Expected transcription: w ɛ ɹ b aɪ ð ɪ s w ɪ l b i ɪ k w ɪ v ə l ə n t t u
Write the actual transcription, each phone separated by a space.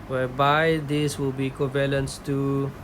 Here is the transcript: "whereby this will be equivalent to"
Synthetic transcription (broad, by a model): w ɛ b aɪ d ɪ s w ɪ l b i k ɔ b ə l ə n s t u